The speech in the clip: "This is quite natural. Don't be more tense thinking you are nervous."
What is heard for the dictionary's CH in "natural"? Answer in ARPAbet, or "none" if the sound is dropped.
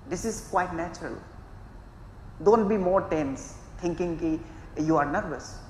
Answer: CH